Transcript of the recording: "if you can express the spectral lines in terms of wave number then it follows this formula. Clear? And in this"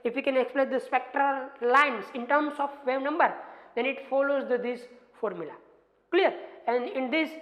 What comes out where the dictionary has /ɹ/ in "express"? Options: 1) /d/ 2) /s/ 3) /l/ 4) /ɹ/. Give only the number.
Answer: 3